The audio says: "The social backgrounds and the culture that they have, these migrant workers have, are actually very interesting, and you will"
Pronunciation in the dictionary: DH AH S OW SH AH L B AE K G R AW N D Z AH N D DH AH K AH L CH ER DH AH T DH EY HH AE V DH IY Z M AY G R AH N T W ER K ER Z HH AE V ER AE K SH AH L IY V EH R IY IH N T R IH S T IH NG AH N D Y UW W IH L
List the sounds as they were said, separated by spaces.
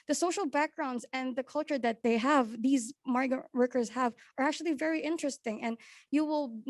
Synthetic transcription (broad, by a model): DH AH S OW SH AH L B AE K G R AW N D Z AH N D DH AH K AH L CH ER DH AH T DH EY HH AE V DH IY Z M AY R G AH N W ER K ER Z HH AE V ER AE K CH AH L IY V EH R IY IH N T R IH S T IH NG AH N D Y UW W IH L